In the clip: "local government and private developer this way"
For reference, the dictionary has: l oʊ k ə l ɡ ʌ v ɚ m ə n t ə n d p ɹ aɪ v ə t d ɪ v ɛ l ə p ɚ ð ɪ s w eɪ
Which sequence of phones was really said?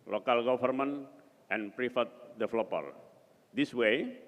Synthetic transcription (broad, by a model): l oʊ k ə l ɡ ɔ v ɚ m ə n t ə n p ɹ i f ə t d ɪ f l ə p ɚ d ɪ s w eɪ